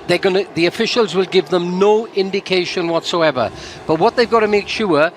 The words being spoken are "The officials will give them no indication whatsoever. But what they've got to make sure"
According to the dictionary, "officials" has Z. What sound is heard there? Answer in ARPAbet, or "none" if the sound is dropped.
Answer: Z